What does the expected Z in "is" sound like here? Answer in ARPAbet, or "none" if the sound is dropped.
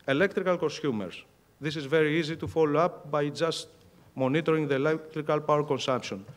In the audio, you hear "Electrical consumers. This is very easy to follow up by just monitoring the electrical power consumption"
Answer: Z